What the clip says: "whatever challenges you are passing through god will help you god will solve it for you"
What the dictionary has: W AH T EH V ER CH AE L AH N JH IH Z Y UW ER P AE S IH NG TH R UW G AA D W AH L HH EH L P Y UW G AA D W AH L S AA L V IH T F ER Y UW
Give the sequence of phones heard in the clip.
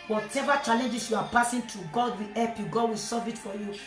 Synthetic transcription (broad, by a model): W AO T EH V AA CH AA L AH N JH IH S Y UW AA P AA S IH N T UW G AA D W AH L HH EH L P Y UW G AA D W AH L S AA V IH T F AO Y UW